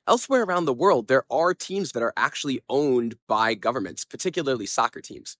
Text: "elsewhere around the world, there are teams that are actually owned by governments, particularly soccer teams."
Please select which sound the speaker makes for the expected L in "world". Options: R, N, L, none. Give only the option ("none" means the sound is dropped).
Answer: L